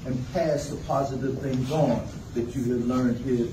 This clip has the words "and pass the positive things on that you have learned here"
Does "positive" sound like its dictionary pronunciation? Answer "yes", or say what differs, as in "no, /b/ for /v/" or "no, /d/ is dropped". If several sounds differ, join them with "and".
yes